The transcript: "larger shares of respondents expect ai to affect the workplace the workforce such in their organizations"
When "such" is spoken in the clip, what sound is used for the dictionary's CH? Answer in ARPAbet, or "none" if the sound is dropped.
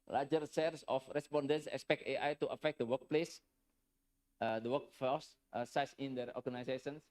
S